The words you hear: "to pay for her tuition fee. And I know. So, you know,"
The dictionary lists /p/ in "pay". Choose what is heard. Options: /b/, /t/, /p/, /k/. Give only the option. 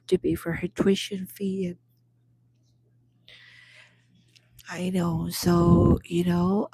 /b/